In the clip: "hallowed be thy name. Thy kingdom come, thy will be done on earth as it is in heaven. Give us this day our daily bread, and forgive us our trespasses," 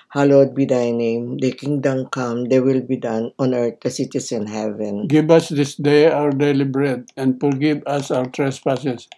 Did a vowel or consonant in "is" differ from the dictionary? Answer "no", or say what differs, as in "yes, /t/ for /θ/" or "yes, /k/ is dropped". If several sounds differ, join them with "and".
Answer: yes, /s/ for /z/